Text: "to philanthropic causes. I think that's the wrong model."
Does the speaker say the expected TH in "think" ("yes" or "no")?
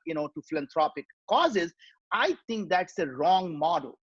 no